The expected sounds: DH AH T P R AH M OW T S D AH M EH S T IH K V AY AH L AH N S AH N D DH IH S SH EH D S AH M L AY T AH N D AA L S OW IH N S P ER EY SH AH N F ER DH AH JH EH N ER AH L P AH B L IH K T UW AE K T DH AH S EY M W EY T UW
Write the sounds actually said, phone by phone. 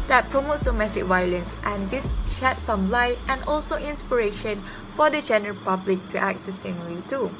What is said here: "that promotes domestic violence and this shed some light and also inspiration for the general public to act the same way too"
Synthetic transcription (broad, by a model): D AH T P R AH M OW T S D AH M EH S T IH K V AY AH L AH N S AH N D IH S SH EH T S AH M L AY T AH N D AA L S OW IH N S P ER EY SH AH N F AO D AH JH EH N ER AH L P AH B L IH K T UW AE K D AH S EY M W EY T UW